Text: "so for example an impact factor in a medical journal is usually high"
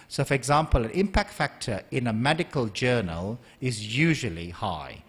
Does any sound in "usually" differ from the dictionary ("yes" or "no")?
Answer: no